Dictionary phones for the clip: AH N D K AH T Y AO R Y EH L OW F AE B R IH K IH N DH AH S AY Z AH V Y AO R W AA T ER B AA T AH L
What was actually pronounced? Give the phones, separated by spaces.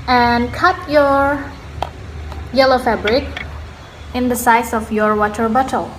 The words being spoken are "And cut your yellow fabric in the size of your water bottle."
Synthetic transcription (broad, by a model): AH N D K AH T Y AO R Y EH L OW F AE B R IH K IH N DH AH S AY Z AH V Y AO R W AA T ER B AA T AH L